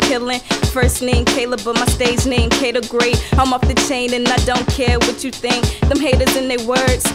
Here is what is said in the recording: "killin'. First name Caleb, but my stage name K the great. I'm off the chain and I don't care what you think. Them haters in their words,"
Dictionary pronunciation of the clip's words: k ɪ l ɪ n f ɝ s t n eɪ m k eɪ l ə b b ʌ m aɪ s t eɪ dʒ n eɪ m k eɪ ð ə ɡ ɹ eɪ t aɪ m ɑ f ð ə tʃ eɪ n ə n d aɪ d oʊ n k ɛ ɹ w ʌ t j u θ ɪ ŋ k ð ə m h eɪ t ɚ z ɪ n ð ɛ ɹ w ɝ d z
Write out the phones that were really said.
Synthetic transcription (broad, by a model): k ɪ l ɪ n f ɝ s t n eɪ m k eɪ l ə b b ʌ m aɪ s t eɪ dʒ n eɪ m k eɪ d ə ɡ ɹ eɪ t aɪ m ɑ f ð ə tʃ eɪ n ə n aɪ d oʊ n k ɛ ɹ w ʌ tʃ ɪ θ ɪ ŋ k ð ə m h eɪ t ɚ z ɪ n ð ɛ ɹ w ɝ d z